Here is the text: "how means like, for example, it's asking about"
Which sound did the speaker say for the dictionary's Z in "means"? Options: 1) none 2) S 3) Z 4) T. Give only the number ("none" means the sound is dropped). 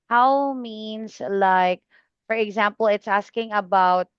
2